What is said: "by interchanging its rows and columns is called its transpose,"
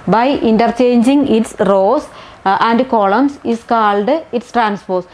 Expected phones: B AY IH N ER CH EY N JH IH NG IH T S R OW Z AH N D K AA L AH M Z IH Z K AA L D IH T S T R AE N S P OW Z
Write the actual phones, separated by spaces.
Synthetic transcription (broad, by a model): B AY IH N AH CH EY N JH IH NG IH T S R OW S AH N D K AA L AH M S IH S K AA L D IH T S T R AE N S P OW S